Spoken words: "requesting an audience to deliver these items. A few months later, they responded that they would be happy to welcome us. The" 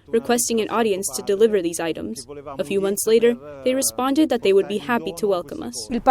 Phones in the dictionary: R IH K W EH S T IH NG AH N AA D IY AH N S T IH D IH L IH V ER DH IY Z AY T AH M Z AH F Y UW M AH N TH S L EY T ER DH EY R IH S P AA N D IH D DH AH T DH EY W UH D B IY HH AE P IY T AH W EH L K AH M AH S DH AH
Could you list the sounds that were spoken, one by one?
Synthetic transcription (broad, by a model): R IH K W EH S T IH NG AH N AA D IY AH N S T IH D IH L IH V ER DH IY Z AY T AH M Z AH F Y UW M AH N TH S L EY T ER DH EY R IH S P AA N D IH D DH AH T DH EY W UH D B IY HH AE P IY T AH W EH L K AH M AH S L